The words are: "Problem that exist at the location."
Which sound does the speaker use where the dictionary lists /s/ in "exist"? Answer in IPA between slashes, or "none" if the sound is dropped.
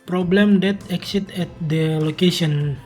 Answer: none